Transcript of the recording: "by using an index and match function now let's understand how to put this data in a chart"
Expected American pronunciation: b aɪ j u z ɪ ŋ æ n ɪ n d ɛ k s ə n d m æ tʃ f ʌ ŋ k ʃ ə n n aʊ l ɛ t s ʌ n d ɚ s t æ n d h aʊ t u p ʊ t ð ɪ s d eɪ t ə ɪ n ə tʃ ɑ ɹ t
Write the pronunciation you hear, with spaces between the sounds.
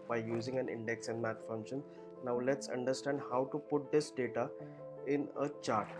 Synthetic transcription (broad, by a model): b aɪ j u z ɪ ŋ æ n ɪ n d ɛ k s ə n d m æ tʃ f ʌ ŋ ʃ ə n n aʊ l ɛ t s ʌ n d ɚ s t æ n d h aʊ t u p ʊ t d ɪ s d eɪ t ə ɪ n ə tʃ ɑ ɹ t